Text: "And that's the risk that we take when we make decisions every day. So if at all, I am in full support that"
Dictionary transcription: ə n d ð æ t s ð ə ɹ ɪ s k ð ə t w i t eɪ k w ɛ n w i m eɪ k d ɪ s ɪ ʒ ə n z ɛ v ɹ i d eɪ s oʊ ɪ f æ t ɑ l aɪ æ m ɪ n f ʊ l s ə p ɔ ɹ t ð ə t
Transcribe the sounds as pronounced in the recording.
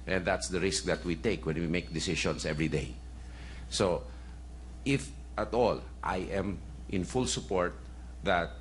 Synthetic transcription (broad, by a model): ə n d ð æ t s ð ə ɹ ɪ s k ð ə t w i t eɪ k w ɛ n w i m eɪ k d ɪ s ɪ ʃ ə n s ɛ v ɹ i d eɪ s oʊ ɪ f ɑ t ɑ l aɪ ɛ m ɪ n f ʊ l s ə p ɔ ɹ t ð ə t